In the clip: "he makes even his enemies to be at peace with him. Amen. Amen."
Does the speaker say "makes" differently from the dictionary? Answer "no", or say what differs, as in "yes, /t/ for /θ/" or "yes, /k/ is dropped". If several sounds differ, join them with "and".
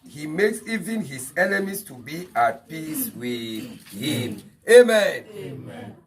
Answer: no